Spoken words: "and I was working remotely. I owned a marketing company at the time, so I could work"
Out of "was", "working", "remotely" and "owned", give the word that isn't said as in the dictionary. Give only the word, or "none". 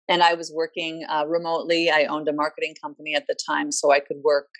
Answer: none